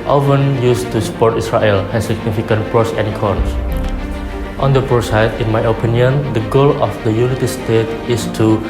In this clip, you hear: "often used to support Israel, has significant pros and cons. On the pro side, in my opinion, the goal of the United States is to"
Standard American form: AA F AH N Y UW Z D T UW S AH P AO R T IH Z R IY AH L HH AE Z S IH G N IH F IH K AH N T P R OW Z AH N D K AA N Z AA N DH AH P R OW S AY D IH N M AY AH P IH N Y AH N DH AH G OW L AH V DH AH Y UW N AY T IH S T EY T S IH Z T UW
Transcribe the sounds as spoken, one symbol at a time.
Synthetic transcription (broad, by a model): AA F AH N Y UW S T UW S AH P AO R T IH S R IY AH L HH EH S S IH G N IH F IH K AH N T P R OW S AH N K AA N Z AA N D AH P R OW S AY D IH N M AY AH P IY N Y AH N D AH G OW L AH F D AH Y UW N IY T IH S T EY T IH S T UW